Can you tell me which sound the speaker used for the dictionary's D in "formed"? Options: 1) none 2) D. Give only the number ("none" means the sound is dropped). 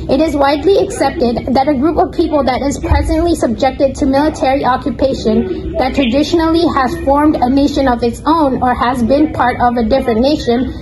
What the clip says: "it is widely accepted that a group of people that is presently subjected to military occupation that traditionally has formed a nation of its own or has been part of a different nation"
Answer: 2